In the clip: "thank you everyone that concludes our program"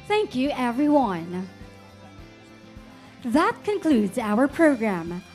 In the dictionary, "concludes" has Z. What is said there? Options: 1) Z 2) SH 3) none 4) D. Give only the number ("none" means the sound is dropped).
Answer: 1